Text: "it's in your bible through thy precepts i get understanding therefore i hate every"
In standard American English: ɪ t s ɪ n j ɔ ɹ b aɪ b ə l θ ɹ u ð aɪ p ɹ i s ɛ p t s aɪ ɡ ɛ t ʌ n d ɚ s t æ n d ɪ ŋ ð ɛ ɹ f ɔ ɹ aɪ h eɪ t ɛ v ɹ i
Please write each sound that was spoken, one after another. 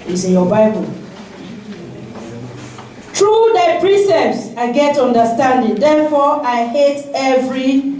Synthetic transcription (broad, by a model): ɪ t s ɪ n j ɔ b aɪ b ə l t ɹ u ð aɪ p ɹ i s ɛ p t s aɪ ɡ ɛ t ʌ n d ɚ s t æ n d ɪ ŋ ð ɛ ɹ f ɔ aɪ h eɪ t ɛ v ɹ i